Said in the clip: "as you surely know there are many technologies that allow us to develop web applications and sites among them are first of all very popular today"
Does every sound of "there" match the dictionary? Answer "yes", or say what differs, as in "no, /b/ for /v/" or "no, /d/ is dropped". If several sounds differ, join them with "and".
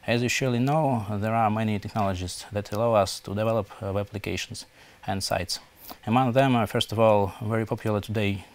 yes